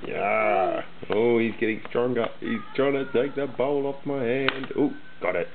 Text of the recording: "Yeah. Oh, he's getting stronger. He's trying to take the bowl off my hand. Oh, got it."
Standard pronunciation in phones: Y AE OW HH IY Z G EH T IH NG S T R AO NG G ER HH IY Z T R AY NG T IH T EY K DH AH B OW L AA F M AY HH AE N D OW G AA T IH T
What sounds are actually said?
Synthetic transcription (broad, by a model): Y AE OW HH IY Z G EH T IH NG S T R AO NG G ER HH IY Z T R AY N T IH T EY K DH AH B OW L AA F M AY HH AE N D OW G AA T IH T